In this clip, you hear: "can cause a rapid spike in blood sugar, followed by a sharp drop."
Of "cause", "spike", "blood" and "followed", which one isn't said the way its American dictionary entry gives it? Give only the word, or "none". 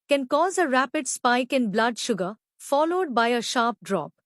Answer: none